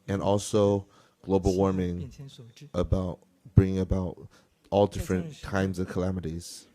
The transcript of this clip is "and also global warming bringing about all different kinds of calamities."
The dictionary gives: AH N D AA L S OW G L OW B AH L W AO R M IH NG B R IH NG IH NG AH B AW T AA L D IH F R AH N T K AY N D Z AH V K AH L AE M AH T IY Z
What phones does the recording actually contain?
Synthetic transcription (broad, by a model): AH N AA L S OW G L OW B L W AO R M IH NG B R IH NG IH NG AH B AW T AA L D IH F R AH N K AY N D Z AH V K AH L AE M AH T IY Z